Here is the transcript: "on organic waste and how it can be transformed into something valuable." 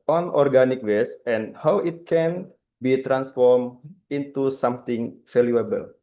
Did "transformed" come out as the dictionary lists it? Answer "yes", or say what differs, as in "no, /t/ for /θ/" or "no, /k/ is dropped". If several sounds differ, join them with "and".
no, /d/ is dropped